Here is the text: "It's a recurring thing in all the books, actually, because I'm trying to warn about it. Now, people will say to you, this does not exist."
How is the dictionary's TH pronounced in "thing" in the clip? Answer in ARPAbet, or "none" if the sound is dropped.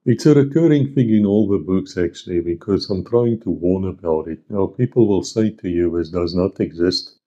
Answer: F